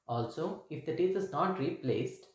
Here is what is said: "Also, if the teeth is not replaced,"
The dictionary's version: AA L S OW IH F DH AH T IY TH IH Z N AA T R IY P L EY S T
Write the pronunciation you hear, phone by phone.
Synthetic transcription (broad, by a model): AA L S OW IH F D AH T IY T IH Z N AA T R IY P L EY S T